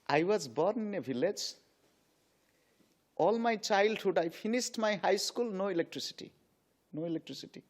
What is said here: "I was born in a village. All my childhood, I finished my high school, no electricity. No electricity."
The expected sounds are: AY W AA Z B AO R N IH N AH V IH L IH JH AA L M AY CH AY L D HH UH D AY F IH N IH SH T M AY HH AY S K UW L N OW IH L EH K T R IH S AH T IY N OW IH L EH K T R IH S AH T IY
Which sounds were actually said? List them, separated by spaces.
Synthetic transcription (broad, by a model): AY W AA Z B AO R N IH N AH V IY L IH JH AA L M AY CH AY L D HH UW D AY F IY N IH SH T M AY HH AY S K UW L N OW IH L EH K T R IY S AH T IY N OW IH L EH K T R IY S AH T IY